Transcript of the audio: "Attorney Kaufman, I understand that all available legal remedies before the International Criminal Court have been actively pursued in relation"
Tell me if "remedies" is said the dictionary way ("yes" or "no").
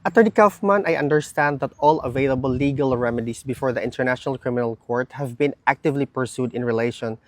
no